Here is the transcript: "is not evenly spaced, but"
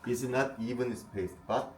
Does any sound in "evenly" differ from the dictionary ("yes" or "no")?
yes